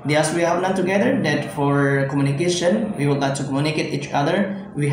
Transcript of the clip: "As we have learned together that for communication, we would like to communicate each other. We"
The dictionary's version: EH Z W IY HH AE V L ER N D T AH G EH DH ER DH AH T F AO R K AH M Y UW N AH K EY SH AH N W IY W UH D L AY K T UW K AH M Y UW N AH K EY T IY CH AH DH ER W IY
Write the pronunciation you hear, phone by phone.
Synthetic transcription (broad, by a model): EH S W IY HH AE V N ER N T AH G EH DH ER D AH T F AO R K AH M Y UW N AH K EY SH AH N W IY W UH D L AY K T UW K AH M Y UW N AH K EY T IY CH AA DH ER W IY